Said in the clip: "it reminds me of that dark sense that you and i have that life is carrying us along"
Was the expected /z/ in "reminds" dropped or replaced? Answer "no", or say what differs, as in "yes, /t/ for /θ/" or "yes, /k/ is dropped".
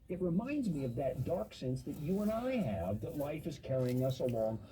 no